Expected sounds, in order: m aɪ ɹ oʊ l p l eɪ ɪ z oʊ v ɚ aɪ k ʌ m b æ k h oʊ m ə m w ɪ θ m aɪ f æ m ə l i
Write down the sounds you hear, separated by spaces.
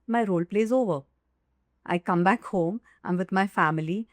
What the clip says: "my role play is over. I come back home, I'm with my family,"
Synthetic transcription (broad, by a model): m aɪ ɹ oʊ l p l eɪ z oʊ v ɚ aɪ k ʌ m b æ k h oʊ m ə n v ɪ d m aɪ f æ m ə l i